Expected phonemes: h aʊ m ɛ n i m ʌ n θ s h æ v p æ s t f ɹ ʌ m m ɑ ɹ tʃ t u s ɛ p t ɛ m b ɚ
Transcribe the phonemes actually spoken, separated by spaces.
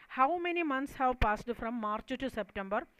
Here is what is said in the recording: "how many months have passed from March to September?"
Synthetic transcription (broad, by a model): h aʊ m ɛ n i m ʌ n t s h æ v p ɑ s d f ɹ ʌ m m ɑ ɹ tʃ t u s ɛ p t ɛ m b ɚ